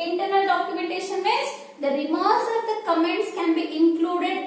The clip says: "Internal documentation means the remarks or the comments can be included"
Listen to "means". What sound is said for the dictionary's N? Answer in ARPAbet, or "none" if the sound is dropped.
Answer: none